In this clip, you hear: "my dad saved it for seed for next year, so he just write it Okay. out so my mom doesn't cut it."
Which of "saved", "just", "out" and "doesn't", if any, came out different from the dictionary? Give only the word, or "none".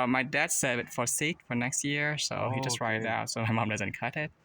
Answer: saved